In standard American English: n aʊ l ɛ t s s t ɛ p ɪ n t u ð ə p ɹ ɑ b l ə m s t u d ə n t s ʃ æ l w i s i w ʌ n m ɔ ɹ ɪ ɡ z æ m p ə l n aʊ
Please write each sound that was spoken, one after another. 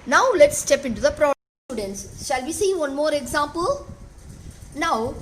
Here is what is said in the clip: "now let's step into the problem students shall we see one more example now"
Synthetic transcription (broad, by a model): n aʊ l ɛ t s s t ɛ p ɪ n t u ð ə p ɹ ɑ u d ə n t s ʃ æ l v i s i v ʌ n m ɔ ɹ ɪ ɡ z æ m p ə l n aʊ